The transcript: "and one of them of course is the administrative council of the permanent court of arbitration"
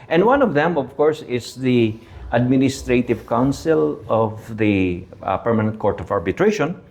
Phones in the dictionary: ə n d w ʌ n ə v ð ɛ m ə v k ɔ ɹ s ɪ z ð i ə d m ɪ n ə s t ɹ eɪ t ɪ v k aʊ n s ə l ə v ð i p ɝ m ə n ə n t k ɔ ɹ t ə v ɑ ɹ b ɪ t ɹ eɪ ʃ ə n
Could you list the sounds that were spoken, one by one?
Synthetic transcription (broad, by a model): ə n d w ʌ n ə v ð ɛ m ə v k ɔ ɹ s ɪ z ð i ə d m ɪ n ə s t ɹ eɪ t ɪ v k aʊ n s ə l ə v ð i p ɝ m ə n ə n t k ɔ ɹ t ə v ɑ ɹ b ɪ t ɹ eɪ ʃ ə n